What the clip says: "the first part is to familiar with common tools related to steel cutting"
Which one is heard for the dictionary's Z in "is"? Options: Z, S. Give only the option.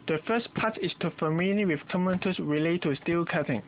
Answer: S